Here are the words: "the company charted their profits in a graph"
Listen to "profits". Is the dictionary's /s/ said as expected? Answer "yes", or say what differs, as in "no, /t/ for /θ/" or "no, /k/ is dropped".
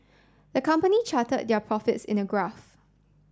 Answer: yes